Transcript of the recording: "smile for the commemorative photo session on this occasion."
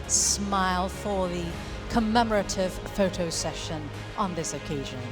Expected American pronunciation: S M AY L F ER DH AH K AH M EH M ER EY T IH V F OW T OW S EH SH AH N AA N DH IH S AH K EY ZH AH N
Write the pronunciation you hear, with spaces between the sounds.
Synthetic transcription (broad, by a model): S M AY L F ER DH AH K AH M EH M ER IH T IH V F OW T OW S EH SH AH N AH N DH IH S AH K EY ZH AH N